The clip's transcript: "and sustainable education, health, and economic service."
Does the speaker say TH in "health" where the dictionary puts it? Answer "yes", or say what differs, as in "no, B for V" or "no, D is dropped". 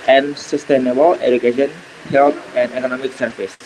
no, T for TH